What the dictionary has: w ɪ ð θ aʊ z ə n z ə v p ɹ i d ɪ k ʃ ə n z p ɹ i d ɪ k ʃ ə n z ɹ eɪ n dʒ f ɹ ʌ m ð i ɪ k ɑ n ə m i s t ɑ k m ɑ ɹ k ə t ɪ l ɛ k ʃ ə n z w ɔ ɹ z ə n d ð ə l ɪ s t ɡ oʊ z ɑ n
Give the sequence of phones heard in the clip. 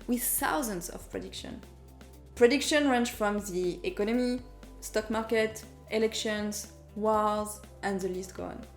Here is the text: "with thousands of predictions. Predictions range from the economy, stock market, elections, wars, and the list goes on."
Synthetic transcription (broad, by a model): w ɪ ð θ aʊ z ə n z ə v p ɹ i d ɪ k ʃ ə n p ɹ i d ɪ k ʃ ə n ɹ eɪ n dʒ f ɹ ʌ m ð i ɪ k ɑ n ə m i s t ɑ k m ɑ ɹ k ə t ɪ l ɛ k ʃ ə n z w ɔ l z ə n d ð ə l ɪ s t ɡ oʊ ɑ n